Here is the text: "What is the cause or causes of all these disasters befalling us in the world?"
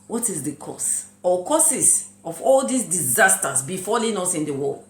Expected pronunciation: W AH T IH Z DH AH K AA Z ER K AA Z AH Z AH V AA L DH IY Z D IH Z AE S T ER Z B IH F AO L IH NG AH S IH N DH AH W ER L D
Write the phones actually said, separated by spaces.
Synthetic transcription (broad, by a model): W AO T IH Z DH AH K AA S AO K AA S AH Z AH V AA L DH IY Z D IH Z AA S T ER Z B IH F AO L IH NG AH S IH N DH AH W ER L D